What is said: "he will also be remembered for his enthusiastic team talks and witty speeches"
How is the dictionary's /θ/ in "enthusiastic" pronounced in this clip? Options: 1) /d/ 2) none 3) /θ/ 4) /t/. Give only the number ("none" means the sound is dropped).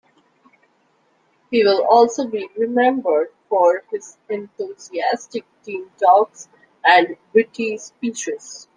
4